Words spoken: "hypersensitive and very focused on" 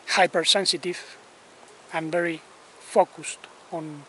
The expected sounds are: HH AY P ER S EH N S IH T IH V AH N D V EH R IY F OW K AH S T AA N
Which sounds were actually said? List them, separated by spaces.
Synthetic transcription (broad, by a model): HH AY P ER S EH N S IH T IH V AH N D V EH R IY F OW K AH S T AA N